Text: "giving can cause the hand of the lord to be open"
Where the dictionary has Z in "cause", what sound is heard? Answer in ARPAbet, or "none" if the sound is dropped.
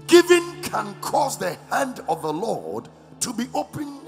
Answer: Z